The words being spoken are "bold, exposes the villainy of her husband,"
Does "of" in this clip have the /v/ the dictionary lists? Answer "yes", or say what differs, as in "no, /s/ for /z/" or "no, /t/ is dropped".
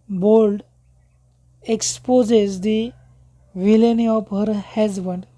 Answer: no, /p/ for /v/